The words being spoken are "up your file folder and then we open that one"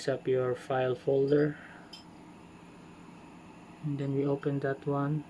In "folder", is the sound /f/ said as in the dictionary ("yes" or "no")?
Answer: yes